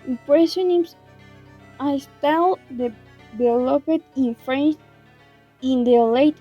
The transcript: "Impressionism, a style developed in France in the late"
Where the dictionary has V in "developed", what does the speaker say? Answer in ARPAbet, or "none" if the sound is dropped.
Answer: B